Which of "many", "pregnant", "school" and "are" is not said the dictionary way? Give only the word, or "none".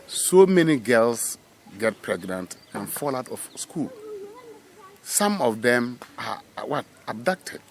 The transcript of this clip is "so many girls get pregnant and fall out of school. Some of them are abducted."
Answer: are